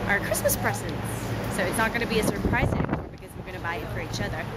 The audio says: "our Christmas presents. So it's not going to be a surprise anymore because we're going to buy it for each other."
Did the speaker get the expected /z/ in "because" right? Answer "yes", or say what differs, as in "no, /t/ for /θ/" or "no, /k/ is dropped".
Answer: yes